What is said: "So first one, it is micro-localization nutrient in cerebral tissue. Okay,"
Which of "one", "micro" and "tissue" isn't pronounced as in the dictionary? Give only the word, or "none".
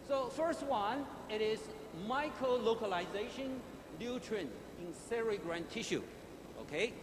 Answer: none